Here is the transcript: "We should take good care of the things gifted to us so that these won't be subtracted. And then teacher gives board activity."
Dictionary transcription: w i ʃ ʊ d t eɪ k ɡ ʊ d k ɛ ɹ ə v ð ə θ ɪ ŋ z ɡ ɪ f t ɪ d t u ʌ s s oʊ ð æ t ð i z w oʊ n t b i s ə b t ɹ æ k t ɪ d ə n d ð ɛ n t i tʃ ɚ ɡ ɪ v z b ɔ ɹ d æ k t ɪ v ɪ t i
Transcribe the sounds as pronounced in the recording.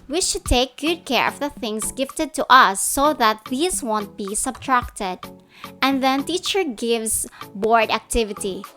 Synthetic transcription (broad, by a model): w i ʃ ʊ d t eɪ k ɡ ʊ d k ɛ ɹ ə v ð ə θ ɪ ŋ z ɡ ɪ f t ɪ d t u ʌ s s oʊ ð æ t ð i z w oʊ n t b i s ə b t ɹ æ k t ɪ d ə n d ð ɛ n t i tʃ ɚ ɡ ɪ v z b ɔ ɹ d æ k t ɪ v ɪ t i